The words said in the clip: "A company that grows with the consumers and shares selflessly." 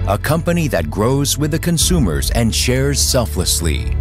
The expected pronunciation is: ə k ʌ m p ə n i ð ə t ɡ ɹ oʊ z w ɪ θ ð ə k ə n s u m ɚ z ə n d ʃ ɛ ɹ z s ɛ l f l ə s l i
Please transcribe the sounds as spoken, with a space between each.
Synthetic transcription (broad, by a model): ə k ʌ m p ə n i ð ə t ɡ ɹ oʊ z w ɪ ð ə k ə n s u m ɚ z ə n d ʃ ɛ ɹ z s ɛ l f l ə s l i